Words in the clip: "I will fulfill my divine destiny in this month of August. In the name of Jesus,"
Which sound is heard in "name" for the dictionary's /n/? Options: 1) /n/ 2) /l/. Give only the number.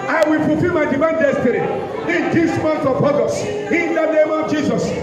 1